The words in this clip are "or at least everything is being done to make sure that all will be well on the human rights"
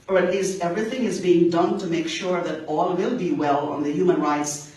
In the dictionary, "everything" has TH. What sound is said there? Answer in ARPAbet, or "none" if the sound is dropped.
TH